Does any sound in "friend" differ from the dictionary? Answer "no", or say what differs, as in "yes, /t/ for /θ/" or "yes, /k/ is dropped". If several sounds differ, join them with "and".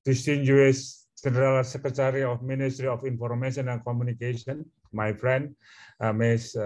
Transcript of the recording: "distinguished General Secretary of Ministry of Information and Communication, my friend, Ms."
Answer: no